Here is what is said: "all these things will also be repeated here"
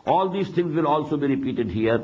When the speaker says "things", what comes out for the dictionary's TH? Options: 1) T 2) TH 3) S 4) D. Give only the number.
1